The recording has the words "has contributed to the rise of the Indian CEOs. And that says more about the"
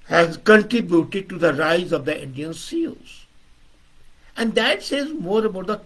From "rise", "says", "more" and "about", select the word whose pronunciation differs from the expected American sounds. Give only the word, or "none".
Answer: none